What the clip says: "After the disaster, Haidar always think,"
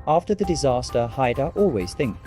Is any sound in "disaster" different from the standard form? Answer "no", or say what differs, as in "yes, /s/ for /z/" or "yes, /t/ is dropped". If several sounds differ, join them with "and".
no